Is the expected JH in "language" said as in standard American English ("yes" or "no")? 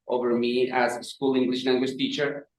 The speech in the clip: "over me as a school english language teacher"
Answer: no